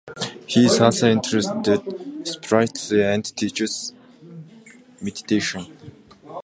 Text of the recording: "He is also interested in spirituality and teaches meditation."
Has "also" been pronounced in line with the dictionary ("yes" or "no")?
no